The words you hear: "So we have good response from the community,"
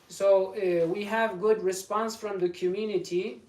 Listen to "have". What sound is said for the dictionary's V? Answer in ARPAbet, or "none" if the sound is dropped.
V